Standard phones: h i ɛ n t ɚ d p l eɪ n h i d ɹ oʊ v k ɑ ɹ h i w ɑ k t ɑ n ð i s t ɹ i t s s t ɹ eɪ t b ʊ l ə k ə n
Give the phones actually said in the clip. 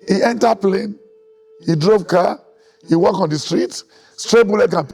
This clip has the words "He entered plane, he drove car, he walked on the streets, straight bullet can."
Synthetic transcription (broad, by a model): h i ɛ n t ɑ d p l eɪ n h i d ɹ oʊ v k ɑ h i w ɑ k ɑ n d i s t ɹ i t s s t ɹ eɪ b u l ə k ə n